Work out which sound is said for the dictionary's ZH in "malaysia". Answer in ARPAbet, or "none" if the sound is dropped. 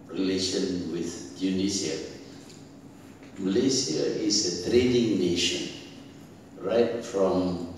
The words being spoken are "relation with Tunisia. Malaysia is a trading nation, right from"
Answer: S